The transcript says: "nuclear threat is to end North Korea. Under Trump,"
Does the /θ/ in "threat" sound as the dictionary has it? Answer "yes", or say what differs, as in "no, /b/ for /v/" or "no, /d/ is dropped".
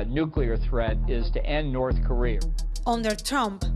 yes